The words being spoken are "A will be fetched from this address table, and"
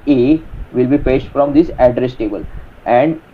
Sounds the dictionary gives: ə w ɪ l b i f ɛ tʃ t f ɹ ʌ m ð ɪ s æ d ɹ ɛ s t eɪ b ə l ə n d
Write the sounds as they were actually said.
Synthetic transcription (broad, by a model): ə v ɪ l b i p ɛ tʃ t f ɹ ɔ m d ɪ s æ d ɹ ɛ s t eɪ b ə l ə n d